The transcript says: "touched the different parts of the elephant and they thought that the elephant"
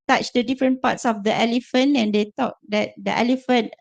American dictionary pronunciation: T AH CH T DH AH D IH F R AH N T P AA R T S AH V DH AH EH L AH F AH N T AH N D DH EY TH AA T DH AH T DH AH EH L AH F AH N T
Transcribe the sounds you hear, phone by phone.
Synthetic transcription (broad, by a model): T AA CH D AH D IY F R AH N P AA T S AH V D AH EH L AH F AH N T AH N D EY T AA T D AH T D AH EH L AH F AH N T